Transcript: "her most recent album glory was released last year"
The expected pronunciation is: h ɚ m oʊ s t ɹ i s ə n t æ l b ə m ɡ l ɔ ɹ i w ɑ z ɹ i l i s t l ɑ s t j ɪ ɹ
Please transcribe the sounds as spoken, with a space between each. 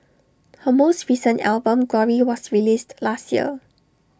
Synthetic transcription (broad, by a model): h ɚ m oʊ s t ɹ i s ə n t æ l b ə m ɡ ɔ ɹ i w ɑ s ɹ i l i s t l ɑ s t j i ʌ